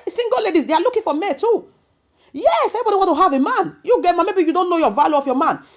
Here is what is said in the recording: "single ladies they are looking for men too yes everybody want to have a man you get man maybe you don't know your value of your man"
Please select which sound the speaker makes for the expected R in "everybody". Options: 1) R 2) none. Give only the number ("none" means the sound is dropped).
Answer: 2